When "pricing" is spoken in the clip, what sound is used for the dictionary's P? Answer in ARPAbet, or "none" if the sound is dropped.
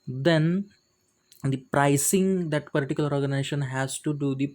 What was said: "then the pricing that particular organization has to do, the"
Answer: P